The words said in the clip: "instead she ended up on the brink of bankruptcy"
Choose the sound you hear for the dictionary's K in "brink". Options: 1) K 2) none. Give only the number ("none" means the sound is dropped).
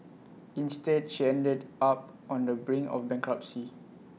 2